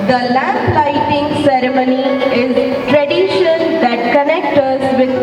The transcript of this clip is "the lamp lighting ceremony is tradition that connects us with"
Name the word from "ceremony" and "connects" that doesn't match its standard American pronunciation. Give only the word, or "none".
connects